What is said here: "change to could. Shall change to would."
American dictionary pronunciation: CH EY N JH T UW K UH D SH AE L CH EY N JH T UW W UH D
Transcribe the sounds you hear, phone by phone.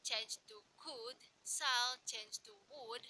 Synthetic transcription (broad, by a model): CH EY N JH T UW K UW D S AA L CH EY N JH T UW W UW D